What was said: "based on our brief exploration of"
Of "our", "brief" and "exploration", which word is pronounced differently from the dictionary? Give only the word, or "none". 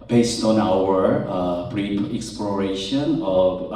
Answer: brief